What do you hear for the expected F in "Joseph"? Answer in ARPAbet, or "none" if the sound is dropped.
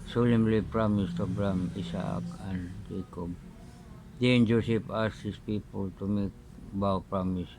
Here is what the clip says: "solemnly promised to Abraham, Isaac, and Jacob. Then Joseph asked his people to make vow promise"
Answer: P